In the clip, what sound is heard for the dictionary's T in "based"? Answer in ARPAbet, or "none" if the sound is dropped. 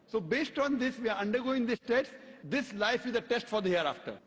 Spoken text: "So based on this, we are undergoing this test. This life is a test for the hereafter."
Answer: T